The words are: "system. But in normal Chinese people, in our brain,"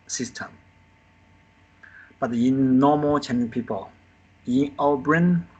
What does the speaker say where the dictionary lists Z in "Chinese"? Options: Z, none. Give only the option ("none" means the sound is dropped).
none